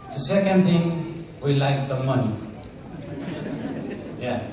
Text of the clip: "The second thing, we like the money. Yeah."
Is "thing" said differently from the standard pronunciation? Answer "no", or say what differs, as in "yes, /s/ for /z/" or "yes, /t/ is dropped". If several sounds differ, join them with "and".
yes, /t/ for /θ/